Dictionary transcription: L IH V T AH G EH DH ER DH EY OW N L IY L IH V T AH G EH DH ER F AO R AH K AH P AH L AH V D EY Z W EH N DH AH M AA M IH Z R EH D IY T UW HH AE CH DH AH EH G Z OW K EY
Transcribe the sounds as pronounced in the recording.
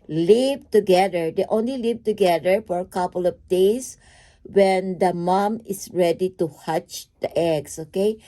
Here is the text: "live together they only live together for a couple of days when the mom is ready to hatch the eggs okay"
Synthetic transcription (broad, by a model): L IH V T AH G EH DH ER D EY OW N L IY L IH V T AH G EH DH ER F AO R AH K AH P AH L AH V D EY S W EH N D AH M AA M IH S R EH D IY T UW HH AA CH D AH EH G S OW K EY